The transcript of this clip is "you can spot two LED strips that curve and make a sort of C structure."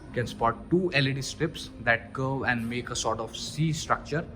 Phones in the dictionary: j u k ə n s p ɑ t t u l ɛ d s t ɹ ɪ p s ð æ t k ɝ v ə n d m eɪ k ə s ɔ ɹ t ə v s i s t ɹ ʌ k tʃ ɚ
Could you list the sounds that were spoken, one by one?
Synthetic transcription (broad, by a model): k ə n s p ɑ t t u l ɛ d s t ɹ ɪ p s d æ t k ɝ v ə n d m eɪ k ə s ɔ ɹ t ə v s i s t ɹ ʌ k tʃ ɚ